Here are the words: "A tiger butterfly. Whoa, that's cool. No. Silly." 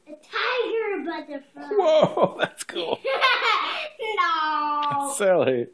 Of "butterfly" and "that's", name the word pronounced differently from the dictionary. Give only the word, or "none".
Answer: butterfly